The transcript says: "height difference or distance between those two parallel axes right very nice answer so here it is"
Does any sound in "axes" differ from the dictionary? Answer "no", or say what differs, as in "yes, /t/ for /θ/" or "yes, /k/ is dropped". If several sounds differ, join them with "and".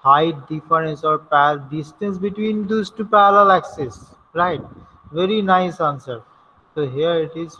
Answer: yes, /s/ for /z/